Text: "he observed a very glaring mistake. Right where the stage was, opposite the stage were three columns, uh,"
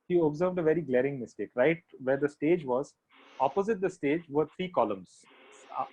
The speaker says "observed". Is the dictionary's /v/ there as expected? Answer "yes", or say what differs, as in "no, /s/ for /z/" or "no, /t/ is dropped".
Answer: yes